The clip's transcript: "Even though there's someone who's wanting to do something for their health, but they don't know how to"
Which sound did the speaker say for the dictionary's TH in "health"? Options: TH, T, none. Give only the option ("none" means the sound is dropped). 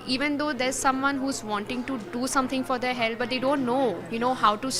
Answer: T